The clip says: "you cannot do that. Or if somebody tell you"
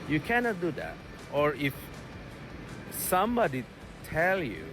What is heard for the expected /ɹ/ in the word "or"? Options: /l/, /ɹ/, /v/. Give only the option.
/ɹ/